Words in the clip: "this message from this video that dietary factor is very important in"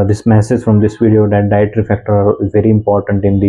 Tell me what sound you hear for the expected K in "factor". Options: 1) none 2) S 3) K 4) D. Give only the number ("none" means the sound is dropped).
3